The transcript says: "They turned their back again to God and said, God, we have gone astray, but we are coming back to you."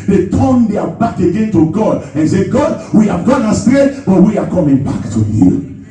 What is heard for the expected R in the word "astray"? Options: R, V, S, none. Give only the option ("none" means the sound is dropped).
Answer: none